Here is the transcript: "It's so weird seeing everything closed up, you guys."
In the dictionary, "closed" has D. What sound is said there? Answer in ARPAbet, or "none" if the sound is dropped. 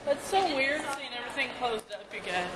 D